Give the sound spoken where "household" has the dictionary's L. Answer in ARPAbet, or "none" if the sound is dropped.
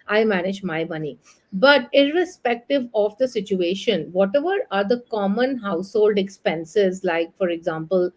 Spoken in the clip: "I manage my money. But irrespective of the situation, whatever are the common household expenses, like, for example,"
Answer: L